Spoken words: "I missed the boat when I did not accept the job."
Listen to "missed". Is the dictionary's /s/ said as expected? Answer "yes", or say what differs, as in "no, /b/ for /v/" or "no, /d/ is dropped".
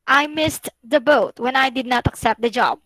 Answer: yes